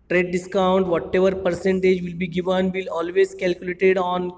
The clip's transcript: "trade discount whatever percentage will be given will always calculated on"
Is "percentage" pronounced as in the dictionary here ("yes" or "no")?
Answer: yes